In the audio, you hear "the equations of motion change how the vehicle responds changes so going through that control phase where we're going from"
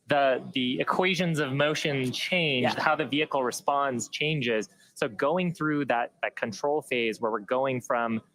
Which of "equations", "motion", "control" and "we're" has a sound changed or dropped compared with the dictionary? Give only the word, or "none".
none